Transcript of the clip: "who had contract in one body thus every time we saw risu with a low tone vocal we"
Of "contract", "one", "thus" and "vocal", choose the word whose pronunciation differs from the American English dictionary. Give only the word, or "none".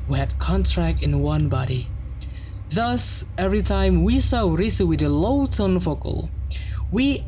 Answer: vocal